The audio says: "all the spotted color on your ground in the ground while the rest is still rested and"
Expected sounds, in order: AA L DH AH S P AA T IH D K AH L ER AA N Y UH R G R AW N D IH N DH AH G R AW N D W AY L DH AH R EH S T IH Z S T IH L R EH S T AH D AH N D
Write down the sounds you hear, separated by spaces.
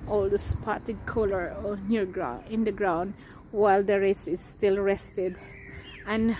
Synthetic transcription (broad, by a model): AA L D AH S P AA T IH D K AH L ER AA N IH R G R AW IH N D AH G R AW N D W AY L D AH R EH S IH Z S T IH L R EH S T AH D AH N